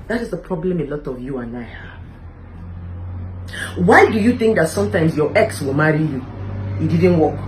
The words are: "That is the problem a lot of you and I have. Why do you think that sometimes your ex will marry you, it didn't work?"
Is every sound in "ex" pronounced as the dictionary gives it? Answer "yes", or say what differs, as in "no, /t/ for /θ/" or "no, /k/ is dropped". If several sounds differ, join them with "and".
yes